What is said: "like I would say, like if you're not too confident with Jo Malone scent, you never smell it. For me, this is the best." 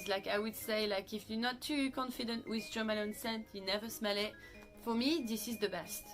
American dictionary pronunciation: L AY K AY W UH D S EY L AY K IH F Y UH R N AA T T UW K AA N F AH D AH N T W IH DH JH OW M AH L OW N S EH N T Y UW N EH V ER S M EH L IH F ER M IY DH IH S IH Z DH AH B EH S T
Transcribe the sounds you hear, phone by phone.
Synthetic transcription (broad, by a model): L AY K AY W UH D S EY L AY K IH F Y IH N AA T T UW K AA N F AH D AH N T W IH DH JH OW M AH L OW N S EH N T Y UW N EH V ER S M EH L IH F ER M IY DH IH S IH Z DH AH B EH S T